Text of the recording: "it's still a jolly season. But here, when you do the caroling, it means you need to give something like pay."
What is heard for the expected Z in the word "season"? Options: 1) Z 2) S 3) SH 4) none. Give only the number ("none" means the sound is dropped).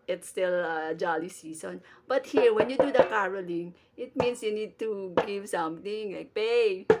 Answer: 2